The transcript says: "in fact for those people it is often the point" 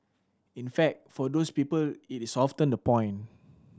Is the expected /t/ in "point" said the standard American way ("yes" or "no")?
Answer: no